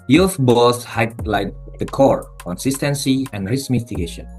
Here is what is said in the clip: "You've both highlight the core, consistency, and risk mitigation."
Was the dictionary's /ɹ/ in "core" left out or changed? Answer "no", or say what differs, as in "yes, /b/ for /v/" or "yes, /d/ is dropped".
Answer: no